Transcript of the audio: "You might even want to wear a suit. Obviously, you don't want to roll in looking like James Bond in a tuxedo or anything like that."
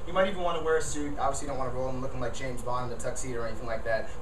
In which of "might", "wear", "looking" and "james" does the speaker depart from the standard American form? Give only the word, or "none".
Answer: none